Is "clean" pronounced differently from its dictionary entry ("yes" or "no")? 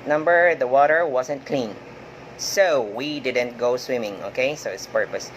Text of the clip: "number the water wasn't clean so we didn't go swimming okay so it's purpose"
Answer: no